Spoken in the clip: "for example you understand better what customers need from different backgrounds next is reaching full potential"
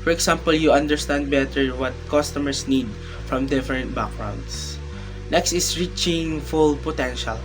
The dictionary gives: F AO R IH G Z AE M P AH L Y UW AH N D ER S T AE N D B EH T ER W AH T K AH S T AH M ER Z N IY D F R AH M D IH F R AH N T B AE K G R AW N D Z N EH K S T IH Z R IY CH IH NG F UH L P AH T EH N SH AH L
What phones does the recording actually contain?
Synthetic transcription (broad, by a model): F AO R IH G S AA M P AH L Y UW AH N D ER S T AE N D B EH T ER W AH T K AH S T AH M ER S N IY D F R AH M D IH F R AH N T B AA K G R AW N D S N EH K S T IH S R IY CH IH NG F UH L P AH T EH N SH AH L